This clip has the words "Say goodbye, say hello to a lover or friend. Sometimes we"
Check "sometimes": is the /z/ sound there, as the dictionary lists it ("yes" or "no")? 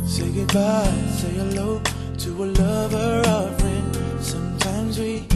yes